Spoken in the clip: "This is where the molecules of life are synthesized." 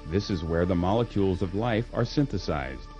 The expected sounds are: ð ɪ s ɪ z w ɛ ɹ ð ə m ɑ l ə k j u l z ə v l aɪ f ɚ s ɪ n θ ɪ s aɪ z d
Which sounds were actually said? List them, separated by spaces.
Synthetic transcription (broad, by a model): ð ɪ s ɪ z w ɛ ɹ ð ə m ɑ l ə k j u l z ə v l aɪ f ɚ s ɪ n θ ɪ s aɪ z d